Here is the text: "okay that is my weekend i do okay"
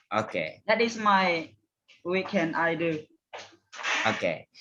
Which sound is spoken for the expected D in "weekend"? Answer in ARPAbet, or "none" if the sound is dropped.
none